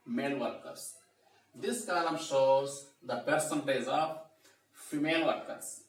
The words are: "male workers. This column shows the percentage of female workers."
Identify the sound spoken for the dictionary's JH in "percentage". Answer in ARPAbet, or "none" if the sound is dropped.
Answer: Z